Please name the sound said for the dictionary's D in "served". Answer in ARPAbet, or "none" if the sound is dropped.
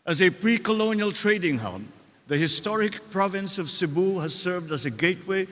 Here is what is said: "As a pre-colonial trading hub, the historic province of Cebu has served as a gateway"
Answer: D